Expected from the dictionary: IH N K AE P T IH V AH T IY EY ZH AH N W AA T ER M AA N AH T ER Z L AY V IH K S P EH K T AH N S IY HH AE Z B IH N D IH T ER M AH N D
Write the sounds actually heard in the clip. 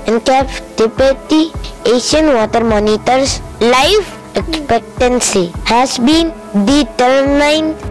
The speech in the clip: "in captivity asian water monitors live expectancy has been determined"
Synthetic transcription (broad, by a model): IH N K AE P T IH P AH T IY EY SH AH N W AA T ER M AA N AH T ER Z L AY F IH K S P EH K T AH N S IY HH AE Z B IH N D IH T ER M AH N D